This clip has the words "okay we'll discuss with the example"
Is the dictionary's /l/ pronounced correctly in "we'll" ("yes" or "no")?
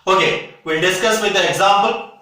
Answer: no